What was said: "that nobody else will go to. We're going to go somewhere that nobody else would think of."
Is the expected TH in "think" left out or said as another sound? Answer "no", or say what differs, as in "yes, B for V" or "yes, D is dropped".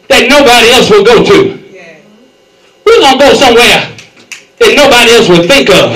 no